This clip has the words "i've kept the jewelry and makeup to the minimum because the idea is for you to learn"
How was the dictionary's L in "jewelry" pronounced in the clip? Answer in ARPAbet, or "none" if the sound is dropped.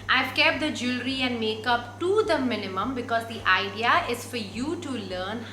L